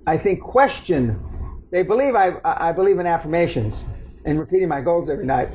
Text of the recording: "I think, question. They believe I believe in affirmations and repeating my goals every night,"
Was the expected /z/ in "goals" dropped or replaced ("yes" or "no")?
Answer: no